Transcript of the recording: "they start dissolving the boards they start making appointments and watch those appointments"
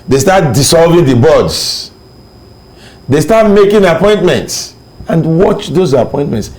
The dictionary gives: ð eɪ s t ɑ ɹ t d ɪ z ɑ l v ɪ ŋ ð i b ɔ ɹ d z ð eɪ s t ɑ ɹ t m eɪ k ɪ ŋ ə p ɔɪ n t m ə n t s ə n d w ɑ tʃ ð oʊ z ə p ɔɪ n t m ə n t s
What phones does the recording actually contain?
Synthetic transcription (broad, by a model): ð eɪ s t ɑ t d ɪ s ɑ l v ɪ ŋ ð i b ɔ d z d eɪ s t ɑ t m eɪ k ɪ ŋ ə p ɔɪ n t m ə n t s ə n d w ɑ tʃ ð oʊ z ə p ɔɪ n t m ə n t s